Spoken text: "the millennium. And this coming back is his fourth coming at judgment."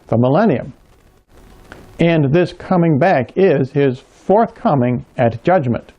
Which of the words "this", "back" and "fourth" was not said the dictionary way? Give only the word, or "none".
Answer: none